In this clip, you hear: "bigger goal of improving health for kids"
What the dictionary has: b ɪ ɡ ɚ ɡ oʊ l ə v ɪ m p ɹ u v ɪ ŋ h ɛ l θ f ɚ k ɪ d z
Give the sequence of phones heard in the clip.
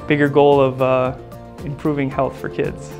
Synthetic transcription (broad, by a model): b ɪ ɡ ɚ ɡ oʊ l ə v ɪ m p ɹ u v ɪ ŋ h ɛ l θ f ɚ k ɪ d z